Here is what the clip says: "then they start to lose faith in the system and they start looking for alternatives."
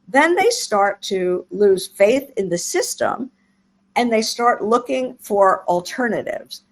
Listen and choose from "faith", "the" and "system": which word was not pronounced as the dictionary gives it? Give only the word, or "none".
none